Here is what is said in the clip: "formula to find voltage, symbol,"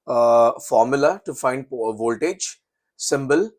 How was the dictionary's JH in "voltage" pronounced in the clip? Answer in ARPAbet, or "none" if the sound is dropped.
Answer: JH